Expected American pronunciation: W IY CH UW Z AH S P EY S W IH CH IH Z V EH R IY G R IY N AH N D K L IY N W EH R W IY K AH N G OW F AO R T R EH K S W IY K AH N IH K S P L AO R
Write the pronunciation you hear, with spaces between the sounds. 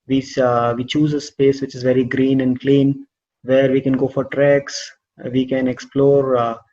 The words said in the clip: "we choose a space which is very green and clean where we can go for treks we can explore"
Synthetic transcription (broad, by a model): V IY CH UW Z AH S P EY S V IH CH IH Z V EH R IY G R IY N AH N D K L IY N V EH R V IY K AH N G OW F AO R T R EH K S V IY K AH N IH K S P L AO R